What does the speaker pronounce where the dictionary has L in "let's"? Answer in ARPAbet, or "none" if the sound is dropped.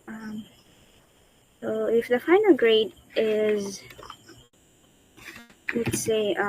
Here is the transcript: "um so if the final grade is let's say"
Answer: W